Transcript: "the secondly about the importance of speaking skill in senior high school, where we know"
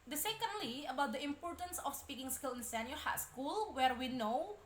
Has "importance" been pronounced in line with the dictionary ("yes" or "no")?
yes